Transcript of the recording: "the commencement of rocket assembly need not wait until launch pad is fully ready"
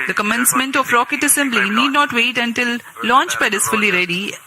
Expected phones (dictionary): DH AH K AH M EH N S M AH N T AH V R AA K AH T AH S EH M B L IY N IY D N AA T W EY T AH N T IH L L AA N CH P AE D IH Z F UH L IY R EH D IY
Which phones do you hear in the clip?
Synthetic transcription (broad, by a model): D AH K AH M EH N S M AH N T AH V R AA K AH T AH S EH M B L IY N IY D N AA T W EY T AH N T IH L L AA N CH B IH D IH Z F UH L IY R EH D IY